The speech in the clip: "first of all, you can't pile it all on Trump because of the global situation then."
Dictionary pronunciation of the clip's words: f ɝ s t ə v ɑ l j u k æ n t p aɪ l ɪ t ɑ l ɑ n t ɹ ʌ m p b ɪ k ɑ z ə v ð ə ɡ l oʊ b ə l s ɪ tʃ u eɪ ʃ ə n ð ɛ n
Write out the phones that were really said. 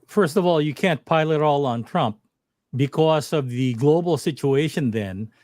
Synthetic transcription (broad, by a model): f ɝ s t ə v ɑ l j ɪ k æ n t p aɪ l ɪ t ɑ l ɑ n t ɹ ʌ m p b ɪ k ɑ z ə v ð ə ɡ l oʊ b l s ɪ tʃ u eɪ ʃ ə n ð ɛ n